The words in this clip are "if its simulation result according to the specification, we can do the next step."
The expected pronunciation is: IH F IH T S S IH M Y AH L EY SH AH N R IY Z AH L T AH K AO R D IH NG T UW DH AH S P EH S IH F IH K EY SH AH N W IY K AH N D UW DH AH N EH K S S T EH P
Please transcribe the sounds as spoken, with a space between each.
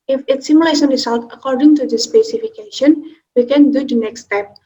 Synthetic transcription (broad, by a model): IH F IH T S S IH M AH L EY S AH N R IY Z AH L T AH K AO R D IH NG T UW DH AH S P EH S IH F IH K EY SH AH N W IY K AH N D UW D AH N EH K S S T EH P